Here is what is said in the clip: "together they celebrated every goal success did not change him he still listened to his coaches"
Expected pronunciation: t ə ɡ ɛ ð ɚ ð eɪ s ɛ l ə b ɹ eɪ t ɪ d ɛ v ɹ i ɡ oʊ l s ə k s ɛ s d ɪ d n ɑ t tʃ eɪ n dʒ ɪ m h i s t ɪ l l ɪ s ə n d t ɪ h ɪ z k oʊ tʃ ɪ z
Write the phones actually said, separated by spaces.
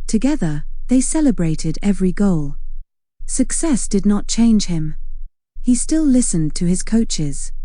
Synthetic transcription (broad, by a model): t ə ɡ ɛ ð ɚ ð eɪ s ɛ l ə b ɹ eɪ t ɪ d ɛ v ɹ i ɡ oʊ l s ə k s ɛ s d ɪ d n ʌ t tʃ eɪ n ʒ ɪ m h i s t ɪ l l ɪ s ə n t ɪ ɪ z k oʊ tʃ ɪ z